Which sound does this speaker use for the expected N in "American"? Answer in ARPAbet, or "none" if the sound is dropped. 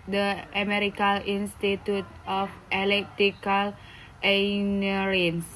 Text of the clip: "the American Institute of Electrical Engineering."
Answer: L